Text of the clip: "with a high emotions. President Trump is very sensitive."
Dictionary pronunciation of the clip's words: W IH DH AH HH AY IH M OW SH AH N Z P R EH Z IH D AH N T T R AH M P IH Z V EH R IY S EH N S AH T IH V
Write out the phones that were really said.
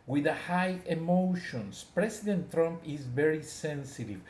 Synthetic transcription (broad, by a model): W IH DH AH HH AY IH M OW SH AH N S P R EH S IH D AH N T T R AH M P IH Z V EH R IY S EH N S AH T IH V